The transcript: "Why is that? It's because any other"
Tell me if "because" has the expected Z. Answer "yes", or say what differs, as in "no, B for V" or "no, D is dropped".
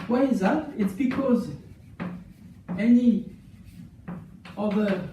yes